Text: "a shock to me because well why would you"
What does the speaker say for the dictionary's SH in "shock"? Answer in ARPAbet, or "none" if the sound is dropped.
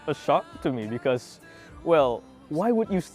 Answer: SH